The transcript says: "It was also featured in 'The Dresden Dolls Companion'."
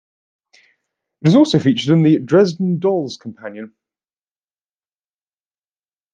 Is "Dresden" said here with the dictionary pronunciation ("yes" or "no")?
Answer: yes